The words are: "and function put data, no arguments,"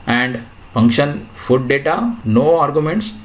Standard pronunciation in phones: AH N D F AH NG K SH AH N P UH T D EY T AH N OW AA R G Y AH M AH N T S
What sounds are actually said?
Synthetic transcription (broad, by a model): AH N D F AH NG K SH AH N F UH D D EY T AH N OW AA R G Y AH M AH N T S